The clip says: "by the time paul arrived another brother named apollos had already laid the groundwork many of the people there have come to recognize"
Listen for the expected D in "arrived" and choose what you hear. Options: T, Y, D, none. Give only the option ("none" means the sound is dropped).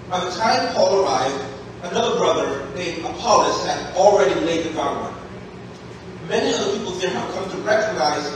D